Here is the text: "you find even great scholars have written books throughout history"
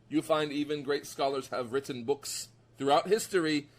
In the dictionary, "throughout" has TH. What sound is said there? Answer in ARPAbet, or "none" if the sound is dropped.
TH